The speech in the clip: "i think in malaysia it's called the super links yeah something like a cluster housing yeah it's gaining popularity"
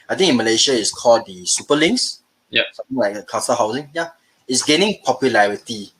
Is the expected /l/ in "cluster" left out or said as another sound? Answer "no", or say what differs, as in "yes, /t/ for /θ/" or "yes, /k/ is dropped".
yes, /l/ is dropped